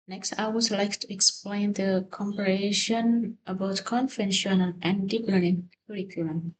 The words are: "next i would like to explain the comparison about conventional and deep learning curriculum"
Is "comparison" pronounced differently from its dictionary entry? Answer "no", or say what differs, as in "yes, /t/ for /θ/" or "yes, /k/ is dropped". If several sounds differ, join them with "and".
yes, /ʃ/ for /s/